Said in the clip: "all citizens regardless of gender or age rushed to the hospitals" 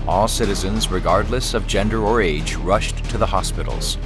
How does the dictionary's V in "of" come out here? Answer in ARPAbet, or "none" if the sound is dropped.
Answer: V